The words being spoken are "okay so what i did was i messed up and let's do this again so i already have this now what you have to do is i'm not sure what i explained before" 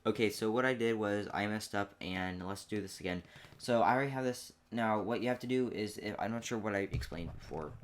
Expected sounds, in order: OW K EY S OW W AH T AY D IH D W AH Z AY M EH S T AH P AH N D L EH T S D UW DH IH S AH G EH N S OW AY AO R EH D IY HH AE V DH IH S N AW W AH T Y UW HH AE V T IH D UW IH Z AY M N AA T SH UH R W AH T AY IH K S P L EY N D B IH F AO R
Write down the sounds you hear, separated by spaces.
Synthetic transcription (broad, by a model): OW K EY S OW W AH T AY D IH D W AH Z AY M EH S T AH P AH N L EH T S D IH DH IH S AH G EH N S OW AY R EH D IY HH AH V DH IH S N AW W AH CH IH HH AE F T IH D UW IH Z AY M N AA T SH UH R W AH T AY IH K S P L EY N D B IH F AO R